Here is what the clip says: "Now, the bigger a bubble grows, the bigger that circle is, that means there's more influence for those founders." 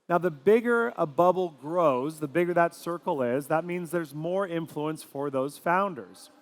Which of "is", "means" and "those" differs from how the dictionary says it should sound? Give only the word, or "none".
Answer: none